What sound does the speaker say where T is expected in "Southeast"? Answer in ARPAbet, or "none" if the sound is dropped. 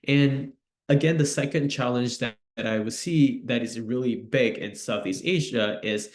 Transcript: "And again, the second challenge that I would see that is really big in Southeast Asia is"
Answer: T